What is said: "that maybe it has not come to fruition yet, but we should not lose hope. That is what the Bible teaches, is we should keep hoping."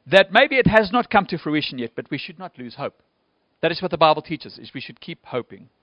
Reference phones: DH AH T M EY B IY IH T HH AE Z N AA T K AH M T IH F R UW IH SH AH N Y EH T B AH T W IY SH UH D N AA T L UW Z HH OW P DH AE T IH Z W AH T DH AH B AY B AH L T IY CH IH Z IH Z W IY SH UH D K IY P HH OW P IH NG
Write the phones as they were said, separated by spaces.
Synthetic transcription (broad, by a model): DH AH T M EY B IY IH T HH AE Z N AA T K AH M T IH F R UW IH SH AH N Y EH T B AH T W IY SH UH D N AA T L UW Z HH OW P DH AE T IH Z W AH T DH AH B AY B AH L T IY CH IH Z IH Z W IY SH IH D K IY P HH OW P IH NG